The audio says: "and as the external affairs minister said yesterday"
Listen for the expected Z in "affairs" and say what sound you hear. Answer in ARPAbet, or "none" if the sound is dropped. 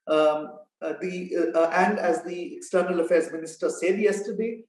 Z